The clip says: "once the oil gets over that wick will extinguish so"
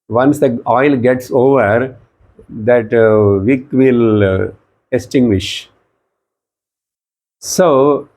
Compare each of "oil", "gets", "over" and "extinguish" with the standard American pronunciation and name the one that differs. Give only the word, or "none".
extinguish